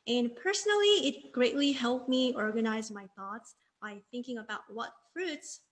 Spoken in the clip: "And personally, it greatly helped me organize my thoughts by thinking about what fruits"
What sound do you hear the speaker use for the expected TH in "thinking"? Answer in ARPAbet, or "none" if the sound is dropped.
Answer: TH